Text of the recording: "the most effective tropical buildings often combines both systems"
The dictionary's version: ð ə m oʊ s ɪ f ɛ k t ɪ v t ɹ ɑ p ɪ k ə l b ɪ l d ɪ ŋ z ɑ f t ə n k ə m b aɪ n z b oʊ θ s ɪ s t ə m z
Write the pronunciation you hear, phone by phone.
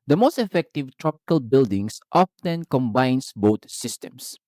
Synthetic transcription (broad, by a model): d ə m oʊ s ɪ f ɛ k t ɪ v t ɹ ɑ p ɪ k ə l b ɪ l d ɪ ŋ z ɑ f t ə n k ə m b aɪ n s b oʊ t s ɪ s t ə m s